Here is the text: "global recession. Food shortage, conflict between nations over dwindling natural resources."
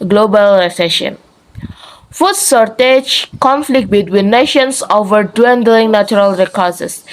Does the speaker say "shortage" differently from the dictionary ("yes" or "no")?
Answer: yes